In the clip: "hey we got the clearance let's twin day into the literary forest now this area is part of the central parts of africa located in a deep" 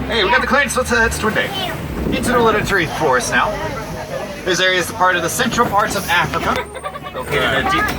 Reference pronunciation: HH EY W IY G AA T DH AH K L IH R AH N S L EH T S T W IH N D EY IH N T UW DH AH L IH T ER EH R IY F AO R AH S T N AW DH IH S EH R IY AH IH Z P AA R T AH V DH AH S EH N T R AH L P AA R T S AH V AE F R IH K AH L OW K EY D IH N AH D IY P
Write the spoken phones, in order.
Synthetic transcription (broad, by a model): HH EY W IY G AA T DH AH K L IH W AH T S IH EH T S T W IH N D EY IH N T UW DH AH L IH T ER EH R IY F AO R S N AW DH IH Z EH R IY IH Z P AA R T AH V DH AH S EH N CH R L P AA R T S AH V AE F R IH K AH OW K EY IH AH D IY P